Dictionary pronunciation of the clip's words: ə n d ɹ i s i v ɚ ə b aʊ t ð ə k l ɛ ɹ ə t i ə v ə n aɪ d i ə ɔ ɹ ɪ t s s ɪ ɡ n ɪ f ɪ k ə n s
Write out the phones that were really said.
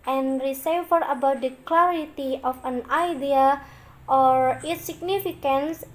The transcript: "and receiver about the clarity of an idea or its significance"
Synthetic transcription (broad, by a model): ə n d ɹ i s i f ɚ ə b aʊ t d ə k l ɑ ɹ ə t i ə f ə n aɪ d i ə ɔ ɹ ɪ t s s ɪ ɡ n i f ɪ k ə n s